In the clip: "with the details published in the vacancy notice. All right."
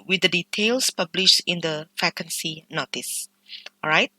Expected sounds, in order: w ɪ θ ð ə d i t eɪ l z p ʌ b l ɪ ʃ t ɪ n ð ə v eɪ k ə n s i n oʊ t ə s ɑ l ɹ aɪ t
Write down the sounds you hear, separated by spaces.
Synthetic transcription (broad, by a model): w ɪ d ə d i t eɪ l s p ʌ b l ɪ ʃ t ɪ n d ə f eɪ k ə n s i n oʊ t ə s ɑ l ɹ aɪ t